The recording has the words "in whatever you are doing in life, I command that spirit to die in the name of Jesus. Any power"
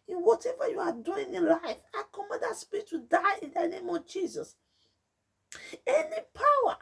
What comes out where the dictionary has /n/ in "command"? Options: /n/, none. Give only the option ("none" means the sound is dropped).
none